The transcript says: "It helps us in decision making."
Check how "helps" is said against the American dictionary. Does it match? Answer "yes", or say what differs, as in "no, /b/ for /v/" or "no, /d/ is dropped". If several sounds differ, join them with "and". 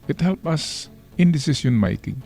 no, /s/ is dropped